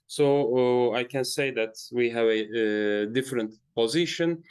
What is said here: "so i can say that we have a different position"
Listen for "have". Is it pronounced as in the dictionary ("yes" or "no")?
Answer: yes